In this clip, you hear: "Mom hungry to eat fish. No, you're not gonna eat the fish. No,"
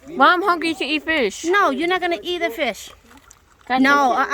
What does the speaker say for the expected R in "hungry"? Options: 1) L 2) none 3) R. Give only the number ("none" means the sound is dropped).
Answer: 2